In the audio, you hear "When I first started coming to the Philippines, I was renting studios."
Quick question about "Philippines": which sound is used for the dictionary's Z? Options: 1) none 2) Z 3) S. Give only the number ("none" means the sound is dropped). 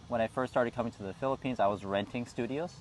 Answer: 2